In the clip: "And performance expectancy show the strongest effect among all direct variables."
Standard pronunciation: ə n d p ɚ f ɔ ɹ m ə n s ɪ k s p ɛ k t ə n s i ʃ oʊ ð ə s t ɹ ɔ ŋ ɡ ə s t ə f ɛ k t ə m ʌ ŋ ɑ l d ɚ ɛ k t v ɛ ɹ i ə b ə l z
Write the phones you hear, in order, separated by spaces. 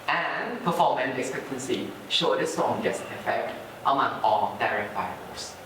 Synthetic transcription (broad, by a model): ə n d p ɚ f ɔ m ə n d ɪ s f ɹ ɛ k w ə n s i ʃ oʊ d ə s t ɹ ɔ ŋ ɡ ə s ə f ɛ t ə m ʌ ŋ ɑ l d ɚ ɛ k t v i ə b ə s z